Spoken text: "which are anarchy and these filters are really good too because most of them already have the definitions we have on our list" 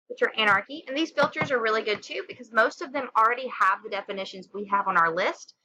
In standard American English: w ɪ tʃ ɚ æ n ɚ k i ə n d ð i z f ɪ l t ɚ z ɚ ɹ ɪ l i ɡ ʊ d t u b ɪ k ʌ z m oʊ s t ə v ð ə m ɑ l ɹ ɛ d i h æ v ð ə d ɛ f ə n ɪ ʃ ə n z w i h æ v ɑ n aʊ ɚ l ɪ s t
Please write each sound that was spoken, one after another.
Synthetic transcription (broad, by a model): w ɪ tʃ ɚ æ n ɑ k i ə n ð i z f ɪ l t ɚ z ɚ ɹ ɪ l i ɡ ʊ d t u b ɪ k ʌ z m oʊ s t ə v ð ə m l ɹ ɛ d i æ v ð ə d ɛ f ə n ɪ ʃ ə n z w i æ v n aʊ ɚ l ɪ s t